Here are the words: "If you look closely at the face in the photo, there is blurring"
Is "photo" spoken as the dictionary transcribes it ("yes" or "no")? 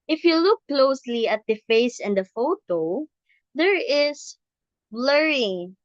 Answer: yes